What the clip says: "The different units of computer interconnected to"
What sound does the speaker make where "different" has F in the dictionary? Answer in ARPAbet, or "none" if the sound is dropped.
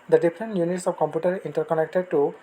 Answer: P